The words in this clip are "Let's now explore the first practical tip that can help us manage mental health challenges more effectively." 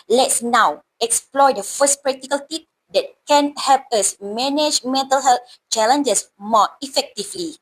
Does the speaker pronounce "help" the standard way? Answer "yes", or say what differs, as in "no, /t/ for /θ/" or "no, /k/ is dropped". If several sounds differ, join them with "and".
yes